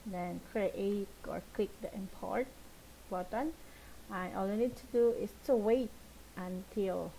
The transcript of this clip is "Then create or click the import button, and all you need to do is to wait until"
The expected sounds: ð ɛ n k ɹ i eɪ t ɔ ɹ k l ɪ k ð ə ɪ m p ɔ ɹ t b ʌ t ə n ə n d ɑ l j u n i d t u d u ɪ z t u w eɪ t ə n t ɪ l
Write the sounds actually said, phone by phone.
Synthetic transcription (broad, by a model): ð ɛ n k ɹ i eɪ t ɔ ɹ k l ɪ k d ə ɪ m p ɔ ɹ t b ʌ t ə n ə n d ɑ l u n i d t u d u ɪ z t u w eɪ t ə n t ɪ l